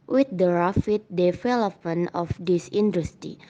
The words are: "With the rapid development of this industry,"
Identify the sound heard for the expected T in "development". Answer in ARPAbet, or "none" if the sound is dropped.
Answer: none